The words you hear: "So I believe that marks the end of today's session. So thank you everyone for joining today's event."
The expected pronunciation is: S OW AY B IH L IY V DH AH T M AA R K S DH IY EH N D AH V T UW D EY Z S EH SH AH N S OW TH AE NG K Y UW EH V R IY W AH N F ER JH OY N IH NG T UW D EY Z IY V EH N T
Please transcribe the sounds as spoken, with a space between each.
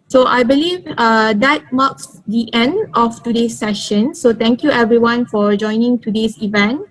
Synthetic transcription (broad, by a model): S OW AY B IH L IY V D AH T M AA K S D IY EH N D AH F T UW D EY S EH SH AH N S OW T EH NG K Y UW EH V R IY W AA N F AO JH OY N IH NG T UW D EY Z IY V EH N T